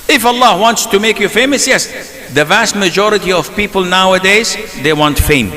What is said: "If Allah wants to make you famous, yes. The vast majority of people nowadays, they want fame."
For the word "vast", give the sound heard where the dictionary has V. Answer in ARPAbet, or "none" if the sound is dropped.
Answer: V